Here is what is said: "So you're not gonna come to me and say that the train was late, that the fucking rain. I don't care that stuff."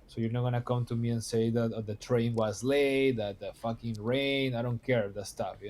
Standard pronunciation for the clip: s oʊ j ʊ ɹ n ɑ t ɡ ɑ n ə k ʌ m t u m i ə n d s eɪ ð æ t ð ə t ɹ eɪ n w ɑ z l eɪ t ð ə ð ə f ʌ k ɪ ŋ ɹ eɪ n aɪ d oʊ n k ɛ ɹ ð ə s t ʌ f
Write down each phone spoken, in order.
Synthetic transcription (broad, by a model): s oʊ j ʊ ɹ n ɑ t ɡ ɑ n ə k ʌ m t u m i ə n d s eɪ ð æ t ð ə t ɹ eɪ n w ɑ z l eɪ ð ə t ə f ʌ k ɪ ŋ ɹ eɪ n aɪ d oʊ n k ɛ ɹ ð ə s t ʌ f